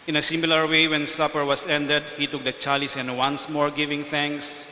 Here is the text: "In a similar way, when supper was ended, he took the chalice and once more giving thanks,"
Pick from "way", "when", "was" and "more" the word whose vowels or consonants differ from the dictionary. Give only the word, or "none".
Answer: was